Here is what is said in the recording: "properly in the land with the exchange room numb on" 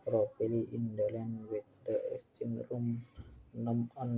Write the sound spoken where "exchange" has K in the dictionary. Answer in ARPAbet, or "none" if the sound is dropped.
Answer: none